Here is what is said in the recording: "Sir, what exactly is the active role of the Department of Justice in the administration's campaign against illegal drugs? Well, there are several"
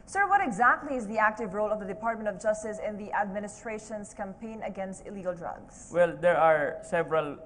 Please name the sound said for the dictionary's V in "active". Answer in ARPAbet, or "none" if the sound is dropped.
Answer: V